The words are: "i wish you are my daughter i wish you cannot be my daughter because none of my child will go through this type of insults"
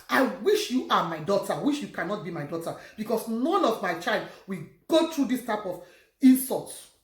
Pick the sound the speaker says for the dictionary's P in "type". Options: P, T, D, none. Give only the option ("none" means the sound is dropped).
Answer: P